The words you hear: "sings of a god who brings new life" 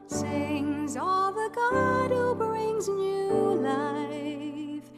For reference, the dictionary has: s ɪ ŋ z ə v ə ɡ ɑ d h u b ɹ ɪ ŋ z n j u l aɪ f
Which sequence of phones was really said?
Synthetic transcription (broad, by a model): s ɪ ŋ z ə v ə ɡ ɑ d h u b ɹ ɪ ŋ z n j u l aɪ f